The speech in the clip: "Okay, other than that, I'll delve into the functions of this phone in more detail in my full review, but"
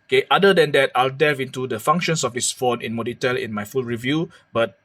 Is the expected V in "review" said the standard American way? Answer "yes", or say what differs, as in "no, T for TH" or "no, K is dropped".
yes